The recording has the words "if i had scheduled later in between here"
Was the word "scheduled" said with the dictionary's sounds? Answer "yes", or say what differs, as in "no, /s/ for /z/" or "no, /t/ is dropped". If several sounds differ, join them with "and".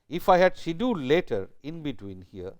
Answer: no, /k/ is dropped